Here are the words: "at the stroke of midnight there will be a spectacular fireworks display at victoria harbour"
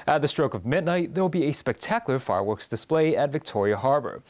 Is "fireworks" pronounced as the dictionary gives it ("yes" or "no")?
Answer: yes